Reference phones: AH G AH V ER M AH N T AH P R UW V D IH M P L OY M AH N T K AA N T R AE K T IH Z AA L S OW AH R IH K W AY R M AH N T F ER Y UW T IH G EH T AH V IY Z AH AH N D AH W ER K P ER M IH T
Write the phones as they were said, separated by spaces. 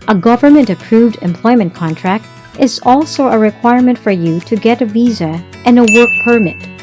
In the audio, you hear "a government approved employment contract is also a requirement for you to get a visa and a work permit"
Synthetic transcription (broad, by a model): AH G AH V ER M AH N T AH P R UW V D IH M P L OY M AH N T K AA N T R AE K T IH Z AA L S OW AH R IH K W AY R M AH N T F ER Y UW T IH G EH T AH V IY Z AH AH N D AH W ER K P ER M IH T